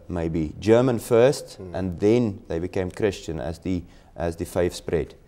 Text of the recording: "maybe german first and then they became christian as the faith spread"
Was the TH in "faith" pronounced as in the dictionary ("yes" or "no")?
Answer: no